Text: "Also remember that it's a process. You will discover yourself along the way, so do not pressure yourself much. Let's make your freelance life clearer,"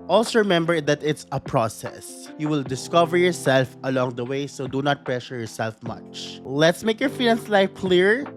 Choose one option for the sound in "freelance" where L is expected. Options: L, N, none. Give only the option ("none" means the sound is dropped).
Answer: N